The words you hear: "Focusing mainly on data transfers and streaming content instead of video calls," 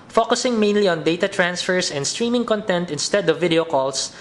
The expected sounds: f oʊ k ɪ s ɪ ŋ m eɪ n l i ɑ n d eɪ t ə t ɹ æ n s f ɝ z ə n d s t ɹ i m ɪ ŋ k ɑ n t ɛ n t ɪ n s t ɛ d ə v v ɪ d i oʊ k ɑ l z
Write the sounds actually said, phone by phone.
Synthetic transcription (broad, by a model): f oʊ k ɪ s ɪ ŋ m eɪ n l i ɑ n d eɪ t ə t ɹ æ n s f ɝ s ə n d s t ɹ i m ɪ ŋ k ɑ n t ɛ n t ɪ n s t ɛ d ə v v ɪ d i oʊ k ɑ l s